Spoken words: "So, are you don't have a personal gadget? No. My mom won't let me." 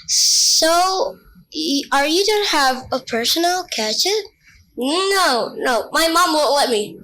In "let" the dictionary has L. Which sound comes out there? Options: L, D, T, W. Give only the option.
L